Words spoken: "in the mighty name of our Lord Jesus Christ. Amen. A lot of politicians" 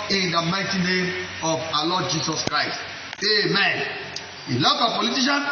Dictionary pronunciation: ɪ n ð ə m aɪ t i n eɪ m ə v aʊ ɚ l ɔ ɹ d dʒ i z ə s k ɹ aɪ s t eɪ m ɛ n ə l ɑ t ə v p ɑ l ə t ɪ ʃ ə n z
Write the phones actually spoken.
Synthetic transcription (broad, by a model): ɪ n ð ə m aɪ t i n eɪ m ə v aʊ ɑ l ɔ d dʒ i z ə s k ɹ aɪ s t eɪ m ɛ n ə l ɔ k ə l p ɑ l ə t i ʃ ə n